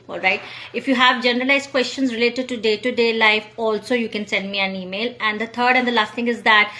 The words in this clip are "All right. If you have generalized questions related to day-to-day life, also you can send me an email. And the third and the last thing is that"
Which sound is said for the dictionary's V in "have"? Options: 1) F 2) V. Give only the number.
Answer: 2